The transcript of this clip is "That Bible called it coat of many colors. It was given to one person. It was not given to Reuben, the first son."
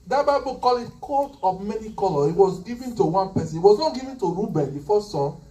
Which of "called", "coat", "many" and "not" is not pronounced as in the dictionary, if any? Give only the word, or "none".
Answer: called